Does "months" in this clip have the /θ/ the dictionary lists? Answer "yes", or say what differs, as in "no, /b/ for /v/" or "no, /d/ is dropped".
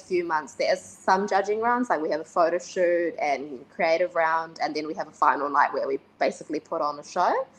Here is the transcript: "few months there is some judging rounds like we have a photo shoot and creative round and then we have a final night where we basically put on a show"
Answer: yes